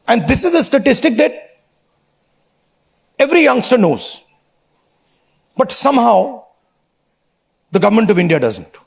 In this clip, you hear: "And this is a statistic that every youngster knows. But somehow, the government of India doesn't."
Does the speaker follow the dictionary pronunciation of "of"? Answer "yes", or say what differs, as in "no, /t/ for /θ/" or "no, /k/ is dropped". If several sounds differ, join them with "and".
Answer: yes